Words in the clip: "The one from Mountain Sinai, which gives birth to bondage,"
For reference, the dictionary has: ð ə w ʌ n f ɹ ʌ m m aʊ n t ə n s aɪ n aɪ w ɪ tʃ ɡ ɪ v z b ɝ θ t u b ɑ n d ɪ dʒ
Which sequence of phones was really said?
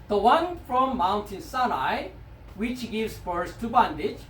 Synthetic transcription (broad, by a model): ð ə w ʌ n f ɹ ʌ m m aʊ n t ə n s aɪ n aɪ w ɪ tʃ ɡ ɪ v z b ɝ s t u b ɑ n d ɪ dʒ